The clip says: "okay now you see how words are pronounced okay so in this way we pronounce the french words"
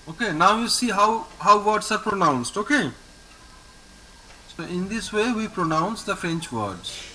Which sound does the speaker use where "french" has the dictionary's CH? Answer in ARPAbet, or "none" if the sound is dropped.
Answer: CH